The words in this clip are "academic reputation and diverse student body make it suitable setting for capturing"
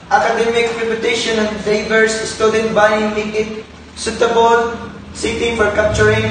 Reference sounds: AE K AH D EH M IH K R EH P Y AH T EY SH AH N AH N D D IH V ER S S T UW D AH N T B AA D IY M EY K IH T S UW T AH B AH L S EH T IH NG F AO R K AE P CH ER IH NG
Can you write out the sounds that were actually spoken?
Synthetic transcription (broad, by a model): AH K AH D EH M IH K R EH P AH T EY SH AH N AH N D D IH B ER S S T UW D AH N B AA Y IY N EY IH T S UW T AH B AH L S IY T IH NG F AO R K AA P CH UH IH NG